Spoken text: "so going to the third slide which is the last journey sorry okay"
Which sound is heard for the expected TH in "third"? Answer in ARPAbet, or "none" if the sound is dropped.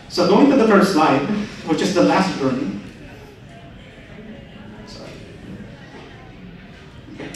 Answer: F